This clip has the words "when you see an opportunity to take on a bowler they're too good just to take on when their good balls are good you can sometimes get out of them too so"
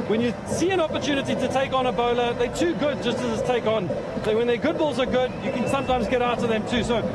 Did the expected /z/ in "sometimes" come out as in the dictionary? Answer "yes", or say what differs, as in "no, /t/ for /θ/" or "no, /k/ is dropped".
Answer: yes